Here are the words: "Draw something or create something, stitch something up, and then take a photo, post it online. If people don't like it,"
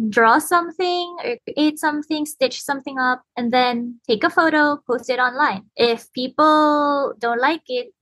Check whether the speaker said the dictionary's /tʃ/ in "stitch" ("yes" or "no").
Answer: yes